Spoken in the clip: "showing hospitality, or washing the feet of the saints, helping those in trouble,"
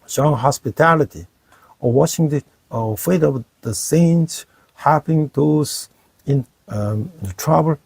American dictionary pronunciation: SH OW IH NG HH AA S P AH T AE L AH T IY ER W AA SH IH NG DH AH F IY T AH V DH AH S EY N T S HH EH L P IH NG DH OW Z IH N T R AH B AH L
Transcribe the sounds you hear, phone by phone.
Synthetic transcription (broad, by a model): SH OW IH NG HH AA S P AH T AE L AH T IY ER W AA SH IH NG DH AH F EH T AH V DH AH S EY N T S HH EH P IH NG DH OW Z IH N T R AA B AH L